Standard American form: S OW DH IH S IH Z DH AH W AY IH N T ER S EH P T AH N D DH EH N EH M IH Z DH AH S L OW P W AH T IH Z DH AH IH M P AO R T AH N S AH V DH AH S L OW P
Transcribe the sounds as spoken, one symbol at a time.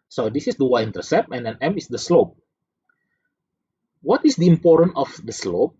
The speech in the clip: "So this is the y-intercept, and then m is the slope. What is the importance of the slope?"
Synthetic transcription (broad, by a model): S OW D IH S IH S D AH W AY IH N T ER S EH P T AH N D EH N EH M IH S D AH S L OW P W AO T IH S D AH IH M P AO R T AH N AH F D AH S L OW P